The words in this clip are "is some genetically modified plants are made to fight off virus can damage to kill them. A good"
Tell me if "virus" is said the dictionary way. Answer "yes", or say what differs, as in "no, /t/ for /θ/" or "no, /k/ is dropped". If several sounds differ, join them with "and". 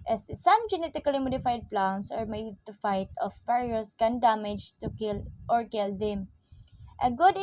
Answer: no, /p/ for /v/